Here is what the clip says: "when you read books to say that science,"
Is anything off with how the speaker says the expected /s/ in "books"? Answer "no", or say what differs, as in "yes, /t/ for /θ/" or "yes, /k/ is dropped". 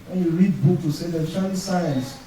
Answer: yes, /s/ is dropped